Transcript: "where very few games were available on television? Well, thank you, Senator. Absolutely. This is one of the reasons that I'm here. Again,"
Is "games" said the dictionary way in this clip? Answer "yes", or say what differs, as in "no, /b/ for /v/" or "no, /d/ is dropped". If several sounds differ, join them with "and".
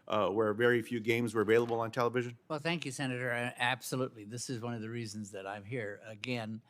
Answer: yes